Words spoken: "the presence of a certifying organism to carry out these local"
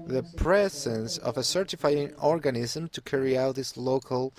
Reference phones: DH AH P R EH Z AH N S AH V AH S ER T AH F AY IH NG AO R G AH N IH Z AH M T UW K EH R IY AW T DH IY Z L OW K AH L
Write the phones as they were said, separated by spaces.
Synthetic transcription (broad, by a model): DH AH P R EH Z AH N S AH V AH S ER T AH F AY IH NG AO R G AH N IH Z AH M T UW K EH R IY AW T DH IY S L OW K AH L